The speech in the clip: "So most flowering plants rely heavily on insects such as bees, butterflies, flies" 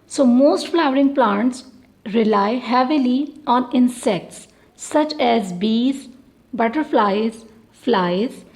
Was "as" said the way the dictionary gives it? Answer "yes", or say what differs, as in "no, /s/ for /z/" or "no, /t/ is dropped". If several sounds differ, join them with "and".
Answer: yes